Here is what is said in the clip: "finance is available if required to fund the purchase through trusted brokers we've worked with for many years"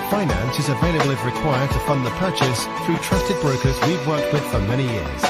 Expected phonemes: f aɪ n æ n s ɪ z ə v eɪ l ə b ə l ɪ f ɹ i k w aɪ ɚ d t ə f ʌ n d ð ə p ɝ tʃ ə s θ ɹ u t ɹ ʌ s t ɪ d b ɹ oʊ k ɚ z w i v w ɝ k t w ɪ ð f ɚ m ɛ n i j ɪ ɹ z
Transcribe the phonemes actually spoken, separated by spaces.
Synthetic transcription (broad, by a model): f aɪ n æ n s ɪ z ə v eɪ l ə b l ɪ ɹ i k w aɪ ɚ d t ə f ʌ n ð ə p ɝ tʃ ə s θ ɹ u t ɹ ʌ s t ɪ d b ɹ oʊ k ɚ z w i v w ɝ k t w ɪ ð f ɚ m ɛ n i j ɪ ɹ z